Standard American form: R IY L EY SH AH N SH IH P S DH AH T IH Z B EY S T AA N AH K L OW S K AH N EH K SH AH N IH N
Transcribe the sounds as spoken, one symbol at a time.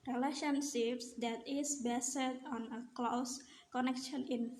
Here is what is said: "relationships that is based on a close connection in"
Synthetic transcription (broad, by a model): R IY L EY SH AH N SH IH P S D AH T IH S B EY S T AA N AH K L OW S K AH N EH K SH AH N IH N